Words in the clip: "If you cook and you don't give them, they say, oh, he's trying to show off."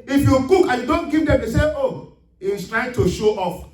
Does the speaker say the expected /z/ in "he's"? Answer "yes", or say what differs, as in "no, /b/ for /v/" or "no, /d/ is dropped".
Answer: no, /s/ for /z/